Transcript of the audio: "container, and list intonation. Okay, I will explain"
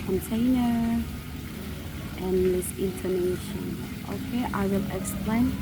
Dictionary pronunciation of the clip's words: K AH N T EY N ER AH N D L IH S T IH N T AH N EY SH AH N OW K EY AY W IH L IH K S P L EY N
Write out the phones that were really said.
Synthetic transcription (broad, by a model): K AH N T EY N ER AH N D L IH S IH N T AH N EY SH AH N OW K EY AY W IH L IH K S P L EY N